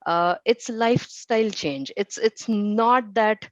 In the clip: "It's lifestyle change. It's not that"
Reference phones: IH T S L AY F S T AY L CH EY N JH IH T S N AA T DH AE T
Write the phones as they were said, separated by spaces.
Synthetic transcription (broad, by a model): IH T S L AY F S T AY L CH EY N JH IH T S N AA T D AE T